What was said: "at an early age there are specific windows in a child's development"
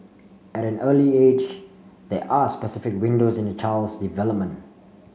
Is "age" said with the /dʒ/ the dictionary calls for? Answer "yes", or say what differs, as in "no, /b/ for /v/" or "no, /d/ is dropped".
yes